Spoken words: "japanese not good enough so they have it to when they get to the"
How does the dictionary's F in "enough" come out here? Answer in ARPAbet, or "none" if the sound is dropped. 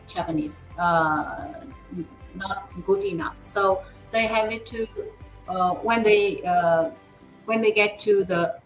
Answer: F